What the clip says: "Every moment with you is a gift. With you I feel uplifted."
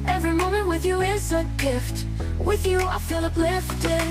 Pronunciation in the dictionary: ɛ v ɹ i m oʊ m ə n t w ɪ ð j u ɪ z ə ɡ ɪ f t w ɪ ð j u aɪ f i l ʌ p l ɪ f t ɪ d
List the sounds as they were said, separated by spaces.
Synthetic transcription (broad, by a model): ɛ v ɹ i m oʊ m ə n t w ɪ ð j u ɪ s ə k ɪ f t w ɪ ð j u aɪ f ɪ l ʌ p l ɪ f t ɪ